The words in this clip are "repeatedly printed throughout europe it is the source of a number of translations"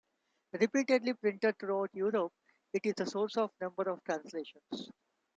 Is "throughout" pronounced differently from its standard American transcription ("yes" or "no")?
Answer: yes